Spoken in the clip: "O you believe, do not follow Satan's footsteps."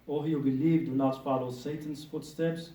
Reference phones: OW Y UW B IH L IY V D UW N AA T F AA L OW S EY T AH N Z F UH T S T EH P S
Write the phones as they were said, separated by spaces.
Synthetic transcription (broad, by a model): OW Y UW B IH L IY V D UW N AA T P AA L S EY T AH N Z F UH T S T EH P S